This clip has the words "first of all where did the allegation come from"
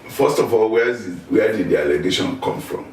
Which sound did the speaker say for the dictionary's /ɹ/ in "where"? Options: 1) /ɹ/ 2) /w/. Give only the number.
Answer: 2